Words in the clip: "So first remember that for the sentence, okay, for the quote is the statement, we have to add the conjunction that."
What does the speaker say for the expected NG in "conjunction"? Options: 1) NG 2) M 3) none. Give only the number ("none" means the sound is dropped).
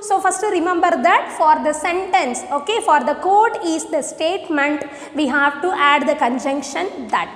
1